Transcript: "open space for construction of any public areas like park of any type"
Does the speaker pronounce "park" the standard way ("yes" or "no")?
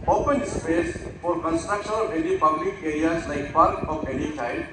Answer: no